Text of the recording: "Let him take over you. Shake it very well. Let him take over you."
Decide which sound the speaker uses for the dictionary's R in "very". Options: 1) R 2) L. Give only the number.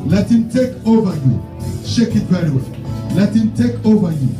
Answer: 2